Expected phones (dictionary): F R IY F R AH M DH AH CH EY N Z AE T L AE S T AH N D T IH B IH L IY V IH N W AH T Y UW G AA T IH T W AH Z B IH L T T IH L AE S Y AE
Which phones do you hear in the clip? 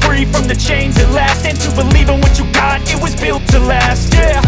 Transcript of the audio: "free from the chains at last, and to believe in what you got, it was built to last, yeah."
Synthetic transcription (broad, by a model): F R IY F R AH M DH AH CH EY N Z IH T L AE S T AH N T IH B IH L IY V IH N W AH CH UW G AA T IH T W AH Z B IH L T T IH L AE S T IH